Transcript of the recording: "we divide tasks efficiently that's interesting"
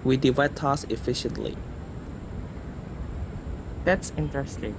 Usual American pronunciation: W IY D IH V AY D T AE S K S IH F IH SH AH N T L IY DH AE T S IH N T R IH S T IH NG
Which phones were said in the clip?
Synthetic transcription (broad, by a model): W IY D IH V AY D T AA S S IH F IH SH AH N T L IY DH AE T S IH N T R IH S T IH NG